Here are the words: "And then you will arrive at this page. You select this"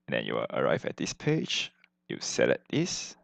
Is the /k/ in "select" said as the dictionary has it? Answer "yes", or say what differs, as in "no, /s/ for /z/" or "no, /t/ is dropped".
no, /k/ is dropped